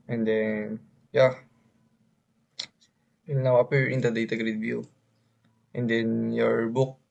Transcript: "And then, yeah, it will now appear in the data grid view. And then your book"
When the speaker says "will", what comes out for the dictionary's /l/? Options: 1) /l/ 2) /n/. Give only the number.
2